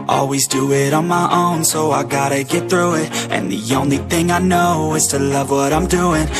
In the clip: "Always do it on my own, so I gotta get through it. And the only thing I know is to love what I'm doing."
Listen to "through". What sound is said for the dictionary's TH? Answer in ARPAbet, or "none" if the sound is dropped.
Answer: TH